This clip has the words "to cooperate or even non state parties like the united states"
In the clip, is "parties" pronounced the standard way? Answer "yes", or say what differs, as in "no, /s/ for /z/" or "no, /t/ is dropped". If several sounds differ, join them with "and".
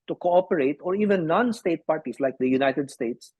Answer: no, /s/ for /z/